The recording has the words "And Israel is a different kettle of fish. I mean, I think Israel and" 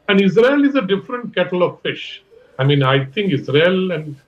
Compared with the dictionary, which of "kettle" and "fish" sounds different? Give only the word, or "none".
none